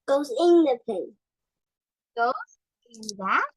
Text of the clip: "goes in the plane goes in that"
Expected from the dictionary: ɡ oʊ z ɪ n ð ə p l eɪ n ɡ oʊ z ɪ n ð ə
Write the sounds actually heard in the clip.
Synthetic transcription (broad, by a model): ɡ oʊ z ɪ n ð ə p eɪ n ɡ oʊ z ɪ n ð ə